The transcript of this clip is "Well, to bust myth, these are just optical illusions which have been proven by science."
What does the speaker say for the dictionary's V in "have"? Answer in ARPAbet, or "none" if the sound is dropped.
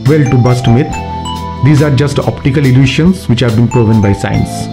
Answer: V